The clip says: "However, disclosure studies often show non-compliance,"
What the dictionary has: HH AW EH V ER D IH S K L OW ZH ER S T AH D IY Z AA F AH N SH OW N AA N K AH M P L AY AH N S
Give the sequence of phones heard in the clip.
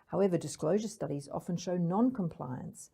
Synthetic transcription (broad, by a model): HH AW EH V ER D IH S K L OW ZH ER S T AH D IY Z AA F AH N SH OW N AA N K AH M P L AY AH N S